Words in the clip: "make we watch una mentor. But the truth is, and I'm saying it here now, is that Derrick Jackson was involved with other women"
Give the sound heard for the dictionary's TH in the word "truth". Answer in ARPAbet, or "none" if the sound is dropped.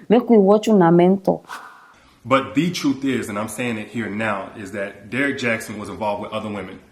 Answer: TH